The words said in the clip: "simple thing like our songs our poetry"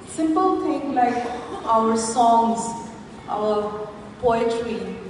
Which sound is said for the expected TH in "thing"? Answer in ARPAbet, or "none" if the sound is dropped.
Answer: T